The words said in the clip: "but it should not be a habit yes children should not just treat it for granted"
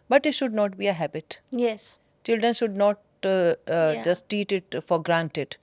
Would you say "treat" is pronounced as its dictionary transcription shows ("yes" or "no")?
no